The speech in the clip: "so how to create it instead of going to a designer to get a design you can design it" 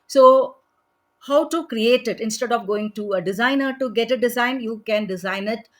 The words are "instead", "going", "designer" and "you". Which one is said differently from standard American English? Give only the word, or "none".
none